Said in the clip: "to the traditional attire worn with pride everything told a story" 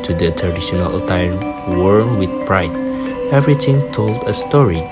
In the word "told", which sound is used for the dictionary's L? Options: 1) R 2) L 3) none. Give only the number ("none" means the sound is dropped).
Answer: 2